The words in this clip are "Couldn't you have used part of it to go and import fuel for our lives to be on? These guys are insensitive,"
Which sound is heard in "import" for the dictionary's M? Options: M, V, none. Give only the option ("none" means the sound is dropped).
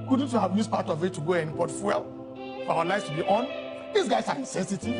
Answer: none